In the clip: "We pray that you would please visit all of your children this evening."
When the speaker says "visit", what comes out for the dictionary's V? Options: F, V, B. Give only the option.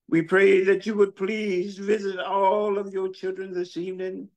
V